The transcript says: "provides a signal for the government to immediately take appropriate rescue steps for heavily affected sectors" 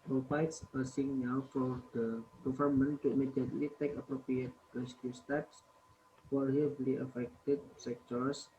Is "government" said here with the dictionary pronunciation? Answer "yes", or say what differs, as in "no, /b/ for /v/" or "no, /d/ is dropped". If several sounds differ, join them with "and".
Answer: no, /f/ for /v/